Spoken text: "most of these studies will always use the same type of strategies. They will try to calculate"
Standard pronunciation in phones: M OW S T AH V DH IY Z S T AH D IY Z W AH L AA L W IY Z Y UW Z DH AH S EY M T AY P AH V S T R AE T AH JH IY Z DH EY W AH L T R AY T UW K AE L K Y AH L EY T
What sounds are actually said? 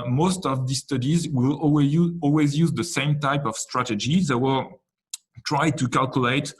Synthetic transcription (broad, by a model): M OW S T AH V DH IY S T AH D IY Z W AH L AA L W IY Z Y UW Z DH AH S EY M T AY P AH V S T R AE T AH JH IY DH EY W AH L T R AY T UW K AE L K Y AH L EY T